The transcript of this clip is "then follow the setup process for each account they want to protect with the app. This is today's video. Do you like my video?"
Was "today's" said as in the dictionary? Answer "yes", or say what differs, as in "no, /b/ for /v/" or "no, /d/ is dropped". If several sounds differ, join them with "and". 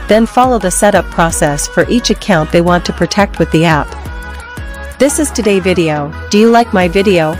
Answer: no, /z/ is dropped